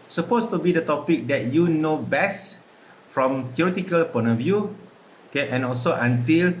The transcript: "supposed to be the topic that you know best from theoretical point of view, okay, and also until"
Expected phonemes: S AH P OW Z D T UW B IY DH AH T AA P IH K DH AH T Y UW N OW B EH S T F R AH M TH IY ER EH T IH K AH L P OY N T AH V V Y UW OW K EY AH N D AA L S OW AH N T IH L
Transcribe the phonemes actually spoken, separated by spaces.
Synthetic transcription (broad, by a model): S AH P OW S T UW B IY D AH T AA P IH K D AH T Y UW N OW B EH S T F R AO M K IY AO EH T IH K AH L P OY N AH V V Y UW OW K EY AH N AA L S OW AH N T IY L